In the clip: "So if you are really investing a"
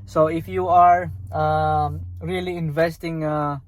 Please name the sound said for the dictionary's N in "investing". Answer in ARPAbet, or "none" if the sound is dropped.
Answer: N